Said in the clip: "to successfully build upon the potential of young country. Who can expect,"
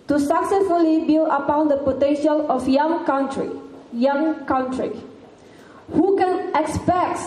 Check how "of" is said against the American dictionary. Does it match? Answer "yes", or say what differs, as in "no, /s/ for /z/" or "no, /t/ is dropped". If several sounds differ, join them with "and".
no, /f/ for /v/